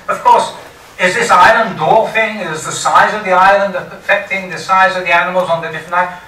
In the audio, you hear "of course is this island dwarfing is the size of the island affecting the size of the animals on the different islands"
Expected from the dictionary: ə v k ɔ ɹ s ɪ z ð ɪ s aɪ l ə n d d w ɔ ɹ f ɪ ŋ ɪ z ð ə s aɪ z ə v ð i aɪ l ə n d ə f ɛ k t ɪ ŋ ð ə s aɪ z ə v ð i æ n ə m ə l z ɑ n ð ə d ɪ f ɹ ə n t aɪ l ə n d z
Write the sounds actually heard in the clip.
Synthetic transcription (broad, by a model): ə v k ɔ ɹ s ɪ z ð ɪ s aɪ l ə n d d ɔ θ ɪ ŋ ɪ z ð ə s aɪ z ə v ð i aɪ l ə n d ə f ɛ k t ɪ ŋ ð ə s aɪ z ə v ð i æ n ə m ə l z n ð ə d ɪ f ɹ ə n t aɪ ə